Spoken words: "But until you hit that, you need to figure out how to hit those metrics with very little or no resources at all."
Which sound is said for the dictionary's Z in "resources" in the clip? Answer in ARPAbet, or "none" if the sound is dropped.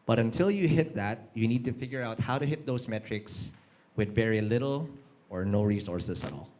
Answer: S